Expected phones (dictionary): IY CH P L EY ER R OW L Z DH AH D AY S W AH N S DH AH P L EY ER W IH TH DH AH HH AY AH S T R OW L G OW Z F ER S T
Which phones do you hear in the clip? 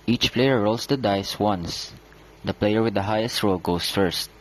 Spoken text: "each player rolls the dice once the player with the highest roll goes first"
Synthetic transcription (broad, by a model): IY CH P L EY ER R OW L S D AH D AY S W AH N S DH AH P L EY ER W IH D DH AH HH AY AH S T R OW L G OW S F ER S T